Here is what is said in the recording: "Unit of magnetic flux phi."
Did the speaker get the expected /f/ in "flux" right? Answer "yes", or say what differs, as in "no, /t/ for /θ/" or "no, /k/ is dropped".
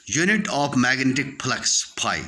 no, /p/ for /f/